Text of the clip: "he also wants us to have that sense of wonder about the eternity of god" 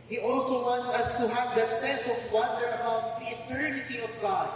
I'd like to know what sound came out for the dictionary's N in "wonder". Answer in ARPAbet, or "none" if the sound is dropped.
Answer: N